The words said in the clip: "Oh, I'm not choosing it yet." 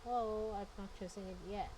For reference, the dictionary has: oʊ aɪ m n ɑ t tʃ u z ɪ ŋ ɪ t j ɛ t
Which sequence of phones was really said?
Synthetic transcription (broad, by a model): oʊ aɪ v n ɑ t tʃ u s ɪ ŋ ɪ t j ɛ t